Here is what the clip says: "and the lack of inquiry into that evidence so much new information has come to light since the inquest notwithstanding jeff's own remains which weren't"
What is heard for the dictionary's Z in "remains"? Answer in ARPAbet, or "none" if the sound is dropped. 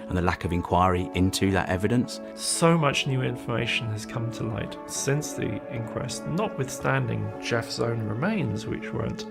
Z